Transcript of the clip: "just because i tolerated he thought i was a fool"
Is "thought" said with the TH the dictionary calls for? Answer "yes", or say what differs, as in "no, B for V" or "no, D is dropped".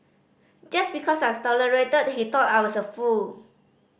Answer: no, T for TH